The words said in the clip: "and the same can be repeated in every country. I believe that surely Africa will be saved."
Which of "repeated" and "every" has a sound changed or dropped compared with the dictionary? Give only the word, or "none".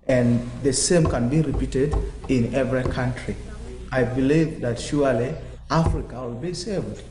none